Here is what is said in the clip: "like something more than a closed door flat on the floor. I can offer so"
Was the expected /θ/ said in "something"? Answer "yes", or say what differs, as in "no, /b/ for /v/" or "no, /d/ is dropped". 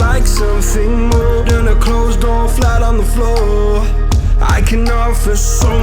yes